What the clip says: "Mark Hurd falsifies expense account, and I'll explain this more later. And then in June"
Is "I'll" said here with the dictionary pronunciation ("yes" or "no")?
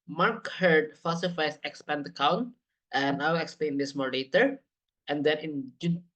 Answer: no